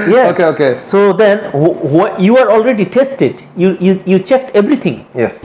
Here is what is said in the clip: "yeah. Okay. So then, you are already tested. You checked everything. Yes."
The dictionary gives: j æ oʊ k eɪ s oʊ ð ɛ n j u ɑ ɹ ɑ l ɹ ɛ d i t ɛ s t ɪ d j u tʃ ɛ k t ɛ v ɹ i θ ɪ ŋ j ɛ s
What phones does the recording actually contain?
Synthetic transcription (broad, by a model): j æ oʊ k eɪ s oʊ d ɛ n j u ɑ ɹ ɑ l ɹ ɛ d i t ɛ s t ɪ d j u tʃ ɛ k t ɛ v ɹ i t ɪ ŋ j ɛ s